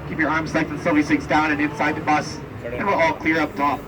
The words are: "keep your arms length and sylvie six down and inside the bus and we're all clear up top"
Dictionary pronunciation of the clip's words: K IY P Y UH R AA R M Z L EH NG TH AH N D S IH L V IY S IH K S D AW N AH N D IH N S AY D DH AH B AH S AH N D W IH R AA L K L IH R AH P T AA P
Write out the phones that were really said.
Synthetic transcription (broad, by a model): K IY P Y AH R AA R M Z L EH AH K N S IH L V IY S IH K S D AW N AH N IH N S AY D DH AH B AH S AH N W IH L AA L K L IH R AH P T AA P